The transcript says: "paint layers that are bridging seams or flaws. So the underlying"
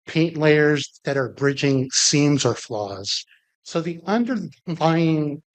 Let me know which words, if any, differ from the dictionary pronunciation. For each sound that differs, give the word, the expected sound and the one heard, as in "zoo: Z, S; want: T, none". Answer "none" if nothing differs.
none